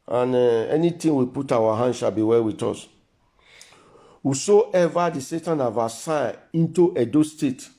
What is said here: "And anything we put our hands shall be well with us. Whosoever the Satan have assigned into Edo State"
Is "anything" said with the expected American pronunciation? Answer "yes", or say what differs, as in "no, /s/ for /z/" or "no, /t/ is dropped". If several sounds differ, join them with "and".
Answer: no, /t/ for /θ/